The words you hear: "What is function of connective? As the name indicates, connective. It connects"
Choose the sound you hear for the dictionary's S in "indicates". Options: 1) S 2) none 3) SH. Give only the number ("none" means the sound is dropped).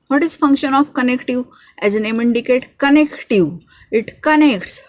2